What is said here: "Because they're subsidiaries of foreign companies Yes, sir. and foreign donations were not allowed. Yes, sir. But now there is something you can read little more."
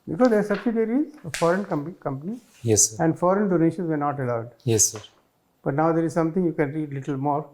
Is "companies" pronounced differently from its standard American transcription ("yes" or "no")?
yes